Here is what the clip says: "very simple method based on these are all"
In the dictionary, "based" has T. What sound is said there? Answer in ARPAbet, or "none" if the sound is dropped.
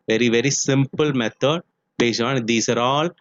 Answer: none